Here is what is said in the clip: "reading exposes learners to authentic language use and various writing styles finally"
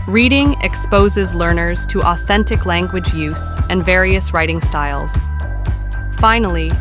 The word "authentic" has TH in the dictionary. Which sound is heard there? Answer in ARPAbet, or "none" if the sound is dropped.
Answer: TH